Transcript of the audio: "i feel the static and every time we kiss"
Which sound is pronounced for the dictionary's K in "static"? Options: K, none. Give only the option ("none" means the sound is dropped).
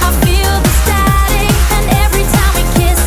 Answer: none